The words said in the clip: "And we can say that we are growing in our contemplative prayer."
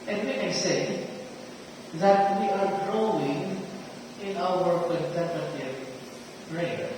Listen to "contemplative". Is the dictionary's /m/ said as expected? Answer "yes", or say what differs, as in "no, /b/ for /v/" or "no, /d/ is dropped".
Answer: no, /m/ is dropped